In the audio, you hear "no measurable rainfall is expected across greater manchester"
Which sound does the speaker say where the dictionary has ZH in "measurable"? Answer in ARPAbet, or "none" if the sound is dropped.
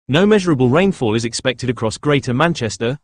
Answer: ZH